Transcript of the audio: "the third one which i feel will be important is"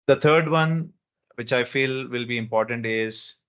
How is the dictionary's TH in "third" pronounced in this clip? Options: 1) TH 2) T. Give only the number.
2